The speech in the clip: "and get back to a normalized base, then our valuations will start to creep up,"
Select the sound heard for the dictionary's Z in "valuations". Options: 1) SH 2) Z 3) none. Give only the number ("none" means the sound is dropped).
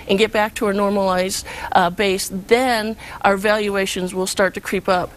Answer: 2